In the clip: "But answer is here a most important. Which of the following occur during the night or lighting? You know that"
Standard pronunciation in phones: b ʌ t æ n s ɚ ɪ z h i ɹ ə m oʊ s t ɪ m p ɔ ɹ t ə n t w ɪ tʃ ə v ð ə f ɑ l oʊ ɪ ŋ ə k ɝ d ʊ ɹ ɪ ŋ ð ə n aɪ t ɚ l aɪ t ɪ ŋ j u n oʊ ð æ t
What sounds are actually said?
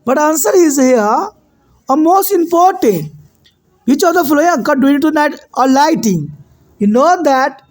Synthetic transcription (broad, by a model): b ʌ t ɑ n s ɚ ɪ z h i ə m oʊ s t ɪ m p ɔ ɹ t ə n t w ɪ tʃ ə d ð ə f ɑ l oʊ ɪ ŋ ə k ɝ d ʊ ɪ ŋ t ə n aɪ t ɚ l aɪ t ɪ ŋ j u n oʊ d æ t